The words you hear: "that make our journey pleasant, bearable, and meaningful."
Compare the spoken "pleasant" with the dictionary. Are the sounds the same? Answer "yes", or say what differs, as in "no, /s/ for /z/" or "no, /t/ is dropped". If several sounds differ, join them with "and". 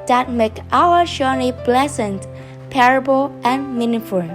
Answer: no, /s/ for /z/